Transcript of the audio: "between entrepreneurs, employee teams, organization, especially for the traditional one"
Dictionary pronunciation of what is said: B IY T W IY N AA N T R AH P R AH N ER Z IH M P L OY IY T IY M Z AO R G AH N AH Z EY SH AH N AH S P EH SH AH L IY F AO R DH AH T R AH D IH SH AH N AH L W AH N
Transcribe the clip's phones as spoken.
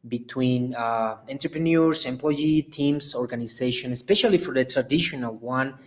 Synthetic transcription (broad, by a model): B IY T W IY N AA N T R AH P R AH N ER S IH M P L OY IY T IY M S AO R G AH N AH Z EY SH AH N AH S P EH SH AH L IY F AO R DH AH T R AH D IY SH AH N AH L W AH N